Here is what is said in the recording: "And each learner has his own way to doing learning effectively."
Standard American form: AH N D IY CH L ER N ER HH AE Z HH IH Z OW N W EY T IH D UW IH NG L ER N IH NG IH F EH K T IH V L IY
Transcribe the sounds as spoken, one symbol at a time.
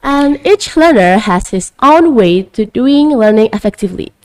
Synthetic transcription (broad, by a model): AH N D IY CH L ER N ER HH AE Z HH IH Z OW N W EY T IH D UW IH NG L ER N IH NG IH F EH K T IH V L IY